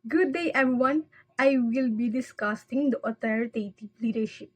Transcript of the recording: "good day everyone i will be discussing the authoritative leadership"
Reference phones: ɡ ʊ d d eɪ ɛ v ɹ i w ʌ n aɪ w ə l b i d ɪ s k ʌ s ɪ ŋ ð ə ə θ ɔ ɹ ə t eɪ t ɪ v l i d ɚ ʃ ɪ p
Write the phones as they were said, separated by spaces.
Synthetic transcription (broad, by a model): ɡ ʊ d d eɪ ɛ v ɹ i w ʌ n aɪ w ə l b i d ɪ s k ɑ s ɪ ŋ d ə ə t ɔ ɹ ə t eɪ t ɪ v l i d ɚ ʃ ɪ p